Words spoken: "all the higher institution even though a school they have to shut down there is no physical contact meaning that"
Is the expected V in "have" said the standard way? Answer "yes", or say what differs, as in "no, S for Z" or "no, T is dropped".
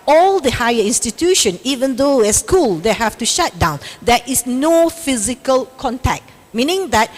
no, F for V